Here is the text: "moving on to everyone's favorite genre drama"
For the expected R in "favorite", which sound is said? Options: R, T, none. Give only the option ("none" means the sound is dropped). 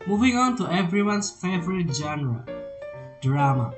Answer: R